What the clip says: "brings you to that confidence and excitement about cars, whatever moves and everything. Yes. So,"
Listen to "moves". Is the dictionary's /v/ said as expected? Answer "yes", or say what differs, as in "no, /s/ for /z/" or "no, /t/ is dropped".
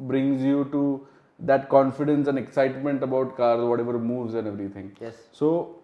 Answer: yes